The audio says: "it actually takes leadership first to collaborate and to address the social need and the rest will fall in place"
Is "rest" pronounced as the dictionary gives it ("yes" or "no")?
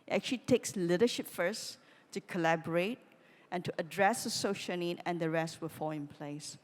yes